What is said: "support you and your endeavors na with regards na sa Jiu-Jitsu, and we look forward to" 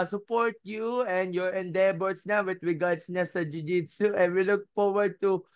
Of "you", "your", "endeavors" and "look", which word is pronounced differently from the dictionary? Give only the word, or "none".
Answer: endeavors